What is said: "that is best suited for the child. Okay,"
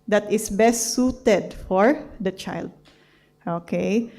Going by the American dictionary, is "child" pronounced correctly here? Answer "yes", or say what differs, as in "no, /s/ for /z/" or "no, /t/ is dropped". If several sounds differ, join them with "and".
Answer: yes